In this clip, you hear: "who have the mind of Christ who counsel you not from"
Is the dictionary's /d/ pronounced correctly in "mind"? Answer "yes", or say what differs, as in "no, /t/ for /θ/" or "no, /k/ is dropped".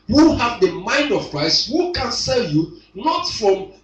yes